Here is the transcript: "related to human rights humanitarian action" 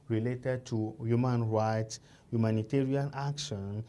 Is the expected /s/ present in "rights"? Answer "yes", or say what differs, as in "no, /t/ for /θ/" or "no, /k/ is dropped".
yes